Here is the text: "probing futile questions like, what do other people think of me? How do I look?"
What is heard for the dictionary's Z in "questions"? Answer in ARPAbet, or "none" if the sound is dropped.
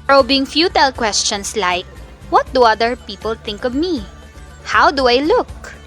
S